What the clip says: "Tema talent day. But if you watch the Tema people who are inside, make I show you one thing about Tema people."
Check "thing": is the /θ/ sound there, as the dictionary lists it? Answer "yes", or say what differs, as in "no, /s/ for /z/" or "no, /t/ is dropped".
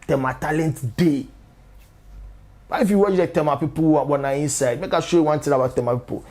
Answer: no, /t/ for /θ/